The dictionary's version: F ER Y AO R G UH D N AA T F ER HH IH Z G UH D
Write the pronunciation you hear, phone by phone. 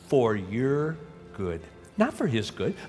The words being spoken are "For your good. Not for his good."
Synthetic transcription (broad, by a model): F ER Y AO R G UH D N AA T F ER HH IH Z G UH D